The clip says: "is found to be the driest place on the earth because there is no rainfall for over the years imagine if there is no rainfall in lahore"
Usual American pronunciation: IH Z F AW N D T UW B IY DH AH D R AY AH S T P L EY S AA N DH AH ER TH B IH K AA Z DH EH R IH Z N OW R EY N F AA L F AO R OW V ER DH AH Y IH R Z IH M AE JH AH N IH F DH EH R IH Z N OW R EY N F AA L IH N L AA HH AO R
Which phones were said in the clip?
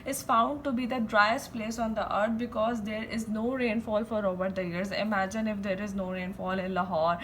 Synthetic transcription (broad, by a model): IH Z F AW N D T UW B IY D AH D R AY AH S T P L EY S AA N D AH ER T B IH K AA Z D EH R IH Z N OW R EY N F AA L F AO R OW B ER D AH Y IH R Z IH M AE JH AH N IH F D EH R IH Z N OW R EY N F AA L IH N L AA HH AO R